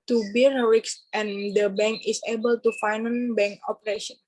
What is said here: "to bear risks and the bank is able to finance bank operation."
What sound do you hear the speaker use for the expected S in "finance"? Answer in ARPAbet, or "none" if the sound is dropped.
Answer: none